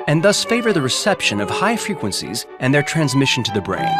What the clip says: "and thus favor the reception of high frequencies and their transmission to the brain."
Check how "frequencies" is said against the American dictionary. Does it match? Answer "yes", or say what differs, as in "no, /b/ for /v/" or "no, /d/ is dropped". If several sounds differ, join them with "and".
yes